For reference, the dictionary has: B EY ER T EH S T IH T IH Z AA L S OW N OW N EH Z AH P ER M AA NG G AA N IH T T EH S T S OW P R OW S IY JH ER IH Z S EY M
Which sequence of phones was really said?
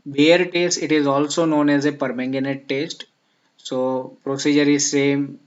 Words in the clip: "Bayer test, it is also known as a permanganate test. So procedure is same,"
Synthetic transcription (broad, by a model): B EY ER T EH S T IH T IH Z AA L S OW N OW N EH Z AH P ER M AA NG G AA N IH T T EH S T S OW P R OW S IY JH ER IH Z S EY M